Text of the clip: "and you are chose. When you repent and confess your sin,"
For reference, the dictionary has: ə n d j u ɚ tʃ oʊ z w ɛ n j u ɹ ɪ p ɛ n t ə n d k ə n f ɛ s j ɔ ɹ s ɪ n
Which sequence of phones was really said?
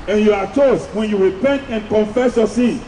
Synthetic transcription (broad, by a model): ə n j u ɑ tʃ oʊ s w ɛ n j u ɹ ɪ p ɛ n t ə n k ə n f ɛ s j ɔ s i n